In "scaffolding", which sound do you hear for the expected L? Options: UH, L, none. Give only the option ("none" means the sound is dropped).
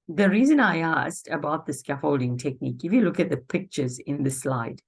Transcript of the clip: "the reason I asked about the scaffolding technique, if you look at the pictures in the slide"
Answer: L